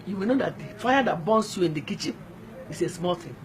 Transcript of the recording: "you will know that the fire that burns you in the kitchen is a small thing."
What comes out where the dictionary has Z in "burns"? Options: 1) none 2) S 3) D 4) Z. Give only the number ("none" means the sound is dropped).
2